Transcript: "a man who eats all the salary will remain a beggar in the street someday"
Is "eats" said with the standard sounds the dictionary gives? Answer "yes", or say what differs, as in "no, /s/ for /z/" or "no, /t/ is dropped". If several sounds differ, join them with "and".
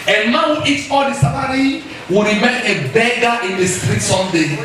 no, /s/ is dropped